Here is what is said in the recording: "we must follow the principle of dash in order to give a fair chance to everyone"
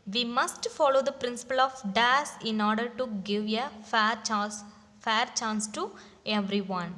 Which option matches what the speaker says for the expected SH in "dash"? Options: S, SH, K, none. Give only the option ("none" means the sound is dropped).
S